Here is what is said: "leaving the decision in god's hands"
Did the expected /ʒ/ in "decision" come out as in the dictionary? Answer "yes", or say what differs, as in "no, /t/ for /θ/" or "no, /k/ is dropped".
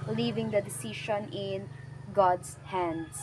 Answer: no, /ʃ/ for /ʒ/